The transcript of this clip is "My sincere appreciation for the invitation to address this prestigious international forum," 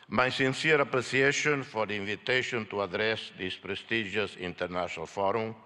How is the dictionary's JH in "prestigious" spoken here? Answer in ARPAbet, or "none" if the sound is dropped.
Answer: ZH